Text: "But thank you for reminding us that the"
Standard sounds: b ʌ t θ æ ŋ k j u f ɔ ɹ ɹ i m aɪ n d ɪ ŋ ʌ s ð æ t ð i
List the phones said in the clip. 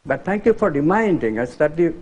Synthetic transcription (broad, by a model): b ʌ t t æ ŋ k j u f ɔ ɹ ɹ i m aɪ n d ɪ ŋ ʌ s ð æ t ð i